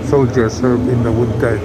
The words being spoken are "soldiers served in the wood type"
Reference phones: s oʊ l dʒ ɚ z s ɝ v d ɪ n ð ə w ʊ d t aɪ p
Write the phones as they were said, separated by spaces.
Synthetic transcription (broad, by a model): s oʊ l dʒ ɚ s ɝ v ɪ n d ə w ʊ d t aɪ